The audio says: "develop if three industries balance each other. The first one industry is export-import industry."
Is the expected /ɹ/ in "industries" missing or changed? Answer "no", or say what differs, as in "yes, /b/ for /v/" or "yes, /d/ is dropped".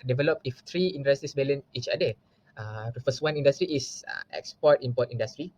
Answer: yes, /ɹ/ is dropped